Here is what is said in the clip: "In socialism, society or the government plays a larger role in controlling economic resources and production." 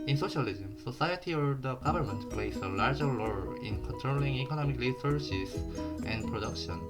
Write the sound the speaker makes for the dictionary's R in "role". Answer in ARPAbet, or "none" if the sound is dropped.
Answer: L